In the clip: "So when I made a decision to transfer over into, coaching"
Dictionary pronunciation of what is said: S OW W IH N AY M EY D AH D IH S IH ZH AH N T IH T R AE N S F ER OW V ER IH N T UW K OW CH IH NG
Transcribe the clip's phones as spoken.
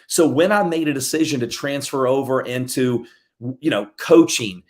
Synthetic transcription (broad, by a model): S OW W IH N AY M EY D AH D IH S IH ZH AH N T IH T R AE N S F ER OW V ER IH N T UW K OW CH IH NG